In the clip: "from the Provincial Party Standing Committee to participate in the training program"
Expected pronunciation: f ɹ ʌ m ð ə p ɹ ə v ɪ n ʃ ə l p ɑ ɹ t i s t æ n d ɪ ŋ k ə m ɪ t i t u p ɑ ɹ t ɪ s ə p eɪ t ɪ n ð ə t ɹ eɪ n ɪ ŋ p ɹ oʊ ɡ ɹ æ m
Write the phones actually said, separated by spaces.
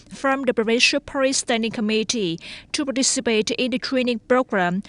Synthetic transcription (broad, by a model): f ɹ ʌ m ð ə b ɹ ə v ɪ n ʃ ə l p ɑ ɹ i s t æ n d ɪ ŋ k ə m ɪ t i t u p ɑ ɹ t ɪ s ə p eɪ t ɪ n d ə t ɹ eɪ n ɪ ŋ p ɹ oʊ ɡ ɹ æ m